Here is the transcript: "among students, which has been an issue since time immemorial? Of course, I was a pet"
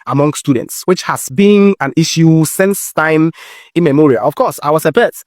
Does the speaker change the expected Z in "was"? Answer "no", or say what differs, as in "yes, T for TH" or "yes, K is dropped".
yes, S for Z